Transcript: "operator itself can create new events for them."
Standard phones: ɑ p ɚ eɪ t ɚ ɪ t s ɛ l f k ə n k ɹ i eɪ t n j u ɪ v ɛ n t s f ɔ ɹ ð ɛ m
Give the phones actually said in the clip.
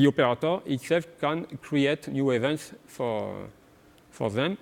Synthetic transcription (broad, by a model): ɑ p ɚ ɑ t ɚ ɪ t s ɛ l f k ə n k ɹ i eɪ t n j u ɪ v ɛ n t s f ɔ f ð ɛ m